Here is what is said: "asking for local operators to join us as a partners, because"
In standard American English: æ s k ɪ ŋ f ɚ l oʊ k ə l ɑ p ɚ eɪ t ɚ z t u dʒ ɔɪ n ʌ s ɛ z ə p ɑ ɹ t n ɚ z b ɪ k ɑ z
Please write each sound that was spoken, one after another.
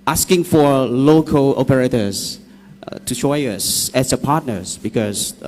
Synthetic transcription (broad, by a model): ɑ s k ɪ ŋ f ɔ l oʊ k ə l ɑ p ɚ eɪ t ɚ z t u ʃ ɔɪ ʌ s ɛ s ə p ɑ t n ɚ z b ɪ k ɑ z